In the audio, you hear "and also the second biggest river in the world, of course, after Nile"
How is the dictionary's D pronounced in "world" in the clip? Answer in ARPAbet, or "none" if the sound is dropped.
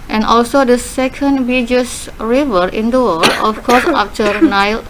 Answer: none